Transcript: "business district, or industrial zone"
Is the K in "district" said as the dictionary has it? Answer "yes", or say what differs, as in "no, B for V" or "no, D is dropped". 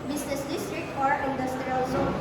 yes